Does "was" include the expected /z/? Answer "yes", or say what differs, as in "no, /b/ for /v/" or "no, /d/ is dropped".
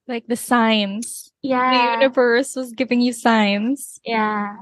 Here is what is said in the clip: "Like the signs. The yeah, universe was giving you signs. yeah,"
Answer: yes